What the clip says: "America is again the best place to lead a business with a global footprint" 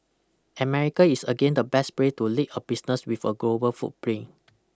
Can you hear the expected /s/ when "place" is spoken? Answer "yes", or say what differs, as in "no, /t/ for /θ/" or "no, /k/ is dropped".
no, /s/ is dropped